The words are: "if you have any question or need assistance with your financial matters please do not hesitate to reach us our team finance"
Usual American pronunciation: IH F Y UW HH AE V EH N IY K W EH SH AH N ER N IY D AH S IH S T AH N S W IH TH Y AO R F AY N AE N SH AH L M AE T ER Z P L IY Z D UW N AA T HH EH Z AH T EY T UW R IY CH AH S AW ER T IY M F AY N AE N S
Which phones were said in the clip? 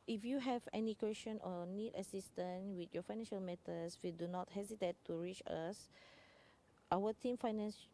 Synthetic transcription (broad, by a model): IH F Y UW HH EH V EH N IY K W EH SH AH N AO N IY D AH S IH S T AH N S W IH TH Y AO F AY N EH N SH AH L M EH T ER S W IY D UW N AA T HH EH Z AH T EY T UW R IY CH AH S AW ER T IY M F AY N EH N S